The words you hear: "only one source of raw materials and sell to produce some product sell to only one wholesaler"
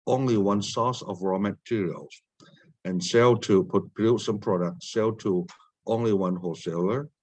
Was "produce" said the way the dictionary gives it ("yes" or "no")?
no